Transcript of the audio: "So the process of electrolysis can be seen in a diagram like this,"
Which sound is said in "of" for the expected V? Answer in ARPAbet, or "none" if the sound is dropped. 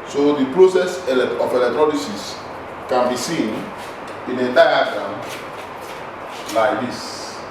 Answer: P